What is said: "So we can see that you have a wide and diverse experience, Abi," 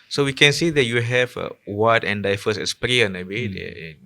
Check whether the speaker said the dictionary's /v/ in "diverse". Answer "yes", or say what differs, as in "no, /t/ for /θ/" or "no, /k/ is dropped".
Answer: no, /f/ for /v/